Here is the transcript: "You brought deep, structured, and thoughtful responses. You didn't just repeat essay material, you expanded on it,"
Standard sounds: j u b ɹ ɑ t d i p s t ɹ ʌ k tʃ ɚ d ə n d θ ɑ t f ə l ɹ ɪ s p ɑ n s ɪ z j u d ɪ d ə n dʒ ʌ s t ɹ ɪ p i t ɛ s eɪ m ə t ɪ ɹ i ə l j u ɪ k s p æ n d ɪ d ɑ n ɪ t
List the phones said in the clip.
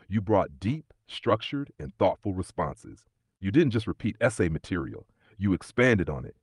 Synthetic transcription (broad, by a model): j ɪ b ɹ ɑ t d i p s t ɹ ʌ k tʃ ɚ d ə n θ ɑ t f l ɹ ɪ s p ɑ n s ɪ z j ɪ d ɪ d n dʒ ʌ s t ɹ ɪ p i t ɛ s eɪ m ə t ɪ ɹ i l j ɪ ɪ k s p æ n d ɪ d n ɪ t